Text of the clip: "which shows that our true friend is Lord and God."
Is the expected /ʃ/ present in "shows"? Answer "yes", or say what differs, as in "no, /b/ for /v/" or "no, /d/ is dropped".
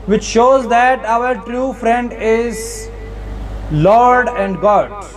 yes